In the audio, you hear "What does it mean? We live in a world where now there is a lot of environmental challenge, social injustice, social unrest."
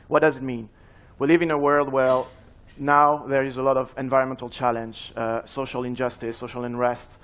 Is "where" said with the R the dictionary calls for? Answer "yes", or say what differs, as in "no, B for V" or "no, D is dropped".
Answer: no, L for R